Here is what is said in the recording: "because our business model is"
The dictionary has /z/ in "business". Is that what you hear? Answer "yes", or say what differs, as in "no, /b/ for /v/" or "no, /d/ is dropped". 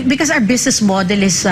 no, /s/ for /z/